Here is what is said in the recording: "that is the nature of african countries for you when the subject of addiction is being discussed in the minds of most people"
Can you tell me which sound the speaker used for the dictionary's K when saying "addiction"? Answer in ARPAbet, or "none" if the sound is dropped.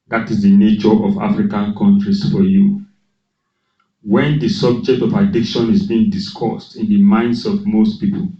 K